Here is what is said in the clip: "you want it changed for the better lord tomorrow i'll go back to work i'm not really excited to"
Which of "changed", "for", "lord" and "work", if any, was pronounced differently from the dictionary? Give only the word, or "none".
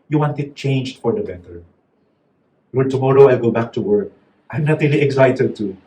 lord